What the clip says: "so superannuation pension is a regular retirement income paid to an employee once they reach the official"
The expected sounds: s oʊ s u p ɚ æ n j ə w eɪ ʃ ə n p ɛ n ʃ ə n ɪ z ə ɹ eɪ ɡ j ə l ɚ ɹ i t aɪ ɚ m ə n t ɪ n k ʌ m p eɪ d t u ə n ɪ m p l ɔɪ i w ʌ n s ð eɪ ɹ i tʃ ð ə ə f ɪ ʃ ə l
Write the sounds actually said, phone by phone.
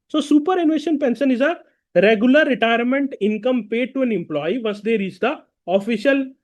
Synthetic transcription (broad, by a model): s oʊ s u p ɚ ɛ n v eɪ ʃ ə n p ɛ n s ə n ɪ z ə ɹ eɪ ɡ j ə l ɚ ɹ i t aɪ ɚ m ə n t ɪ n k ʌ m p eɪ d t u ə n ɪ m p l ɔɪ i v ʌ s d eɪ ɹ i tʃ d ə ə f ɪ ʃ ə l